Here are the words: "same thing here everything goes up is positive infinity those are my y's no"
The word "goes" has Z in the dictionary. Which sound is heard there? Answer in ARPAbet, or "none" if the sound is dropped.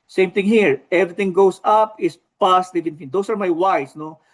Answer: S